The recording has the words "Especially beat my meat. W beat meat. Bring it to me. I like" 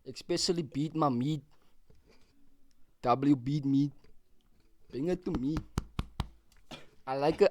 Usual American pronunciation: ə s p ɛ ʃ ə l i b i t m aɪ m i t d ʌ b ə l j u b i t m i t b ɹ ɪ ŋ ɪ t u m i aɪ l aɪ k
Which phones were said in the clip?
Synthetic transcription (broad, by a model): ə s p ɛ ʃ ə l i b i t m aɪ m i t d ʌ b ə l j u b i t m i t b ɪ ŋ ɪ t u m i aɪ l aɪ k